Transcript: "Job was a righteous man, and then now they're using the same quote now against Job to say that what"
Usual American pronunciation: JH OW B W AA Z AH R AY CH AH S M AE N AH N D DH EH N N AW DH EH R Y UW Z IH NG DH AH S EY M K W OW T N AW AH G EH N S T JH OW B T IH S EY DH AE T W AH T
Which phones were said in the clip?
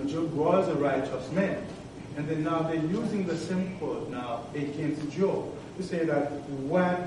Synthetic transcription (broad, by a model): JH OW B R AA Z AH R AY CH AH S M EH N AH N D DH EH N N AW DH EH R Y UW Z IH NG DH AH S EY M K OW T N AW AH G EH N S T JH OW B T IH S EY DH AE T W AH